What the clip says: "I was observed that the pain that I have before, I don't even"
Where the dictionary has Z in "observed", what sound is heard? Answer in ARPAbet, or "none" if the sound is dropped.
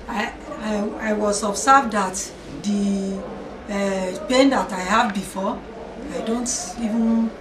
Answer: S